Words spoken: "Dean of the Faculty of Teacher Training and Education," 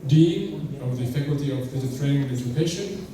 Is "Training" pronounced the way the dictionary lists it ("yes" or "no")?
no